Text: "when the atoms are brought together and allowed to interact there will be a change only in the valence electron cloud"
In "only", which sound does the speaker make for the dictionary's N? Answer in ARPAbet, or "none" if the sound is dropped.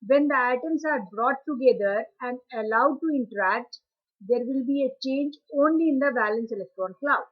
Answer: N